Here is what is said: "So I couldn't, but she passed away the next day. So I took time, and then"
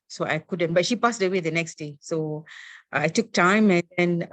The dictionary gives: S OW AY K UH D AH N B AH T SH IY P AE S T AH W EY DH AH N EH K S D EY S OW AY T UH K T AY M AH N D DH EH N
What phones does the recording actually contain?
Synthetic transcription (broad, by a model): S OW AY K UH D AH N B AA T SH IY P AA S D AH W EY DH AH N EH K S D EY S OW AY T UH K T AY M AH N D EH N